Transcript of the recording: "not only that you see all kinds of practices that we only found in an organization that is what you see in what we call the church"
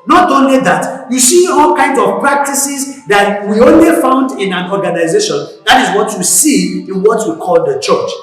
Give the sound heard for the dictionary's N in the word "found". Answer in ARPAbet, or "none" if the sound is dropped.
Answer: N